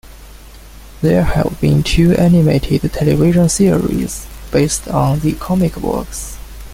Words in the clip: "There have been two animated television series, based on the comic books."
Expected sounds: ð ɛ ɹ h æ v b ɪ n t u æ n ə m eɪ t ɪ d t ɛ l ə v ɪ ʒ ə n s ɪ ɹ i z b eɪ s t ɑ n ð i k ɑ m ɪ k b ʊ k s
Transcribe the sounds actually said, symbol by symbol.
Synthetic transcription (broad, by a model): ð ɛ ɹ h æ v b ɪ n t u æ n ə m eɪ t ɪ d t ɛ l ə v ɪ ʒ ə n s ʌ ɹ i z b eɪ s t ɑ n ð i k ɑ m ɪ k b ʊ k s